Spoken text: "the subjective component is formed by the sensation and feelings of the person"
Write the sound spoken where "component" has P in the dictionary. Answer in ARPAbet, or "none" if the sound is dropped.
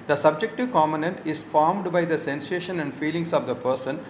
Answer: none